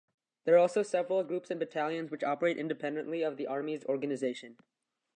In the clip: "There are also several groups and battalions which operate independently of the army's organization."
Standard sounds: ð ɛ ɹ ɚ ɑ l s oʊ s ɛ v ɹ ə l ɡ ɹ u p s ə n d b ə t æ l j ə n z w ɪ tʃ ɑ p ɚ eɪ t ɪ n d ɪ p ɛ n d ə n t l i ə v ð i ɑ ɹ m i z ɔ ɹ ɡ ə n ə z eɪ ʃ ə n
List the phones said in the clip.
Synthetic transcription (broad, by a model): ð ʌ ɹ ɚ ɑ l s oʊ s ɛ v ɹ ə l ɡ ɹ u p s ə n b ə t æ l j ə n z w ɪ tʃ ɑ p ɚ eɪ t ɪ n d ɪ p ɛ n d ə n t l i ə v ð i ɑ ɹ m i z ɔ ɹ ɡ ə n ə z eɪ ʃ ə n